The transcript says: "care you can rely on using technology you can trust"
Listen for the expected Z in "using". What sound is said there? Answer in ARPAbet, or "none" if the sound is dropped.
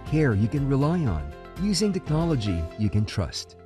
Z